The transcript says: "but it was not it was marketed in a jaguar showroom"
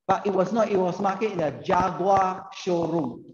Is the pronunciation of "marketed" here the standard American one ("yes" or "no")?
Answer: no